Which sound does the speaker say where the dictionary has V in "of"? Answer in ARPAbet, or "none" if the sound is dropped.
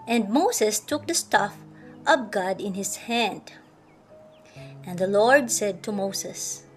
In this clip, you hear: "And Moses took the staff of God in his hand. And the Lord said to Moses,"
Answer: P